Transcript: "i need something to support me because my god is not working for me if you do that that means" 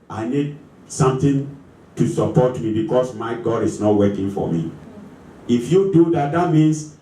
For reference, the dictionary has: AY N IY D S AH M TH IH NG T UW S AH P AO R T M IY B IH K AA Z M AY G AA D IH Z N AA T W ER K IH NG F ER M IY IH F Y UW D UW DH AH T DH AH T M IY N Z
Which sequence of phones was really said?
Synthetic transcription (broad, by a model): AY N IY D S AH M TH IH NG T UW S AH P AO T M IY B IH K AA S M AY G AA D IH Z N AA T W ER K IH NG F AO M IY IH F Y UW D UW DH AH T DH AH T M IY N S